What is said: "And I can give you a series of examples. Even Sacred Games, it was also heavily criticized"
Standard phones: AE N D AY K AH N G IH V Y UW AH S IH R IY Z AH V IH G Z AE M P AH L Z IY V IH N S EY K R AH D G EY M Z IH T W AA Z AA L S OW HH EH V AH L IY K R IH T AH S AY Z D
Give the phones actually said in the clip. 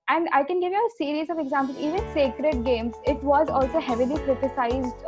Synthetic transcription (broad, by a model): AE N D AY K AH N G IH V Y UW AH S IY R IY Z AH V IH G Z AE M P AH L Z IY V IH N S EY K R AH D G EY M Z IH T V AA Z AA L S OW HH EH V AH L IY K R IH T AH S AY Z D